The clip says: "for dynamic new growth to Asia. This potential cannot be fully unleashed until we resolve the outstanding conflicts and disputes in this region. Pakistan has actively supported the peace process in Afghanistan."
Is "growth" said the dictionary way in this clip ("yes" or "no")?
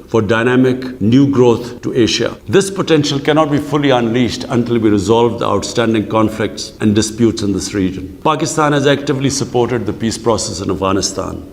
no